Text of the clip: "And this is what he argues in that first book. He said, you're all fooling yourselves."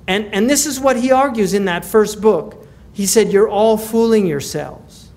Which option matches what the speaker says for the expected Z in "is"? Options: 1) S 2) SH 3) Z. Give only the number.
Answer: 3